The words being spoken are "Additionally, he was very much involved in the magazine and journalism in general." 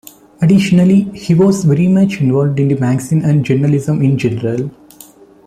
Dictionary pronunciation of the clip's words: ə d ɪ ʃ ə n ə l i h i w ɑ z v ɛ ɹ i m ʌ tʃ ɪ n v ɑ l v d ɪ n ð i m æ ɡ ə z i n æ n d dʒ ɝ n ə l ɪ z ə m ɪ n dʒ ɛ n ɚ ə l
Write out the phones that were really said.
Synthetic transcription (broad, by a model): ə d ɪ ʃ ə n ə l i h i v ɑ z v ɛ ɹ i m ʌ tʃ ɪ n v ɑ l v d ɪ n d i m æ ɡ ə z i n æ n d dʒ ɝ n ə l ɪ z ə m ɪ n dʒ ɛ n ɚ ə l